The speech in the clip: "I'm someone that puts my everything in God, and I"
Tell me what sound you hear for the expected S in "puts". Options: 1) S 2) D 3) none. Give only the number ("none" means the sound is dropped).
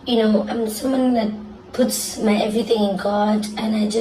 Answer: 1